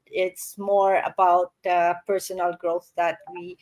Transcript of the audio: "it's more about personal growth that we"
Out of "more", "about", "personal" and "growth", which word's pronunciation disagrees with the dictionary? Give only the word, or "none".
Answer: none